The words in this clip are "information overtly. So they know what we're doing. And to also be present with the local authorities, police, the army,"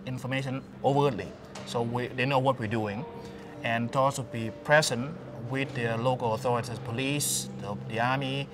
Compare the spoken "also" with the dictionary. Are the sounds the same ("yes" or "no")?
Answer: no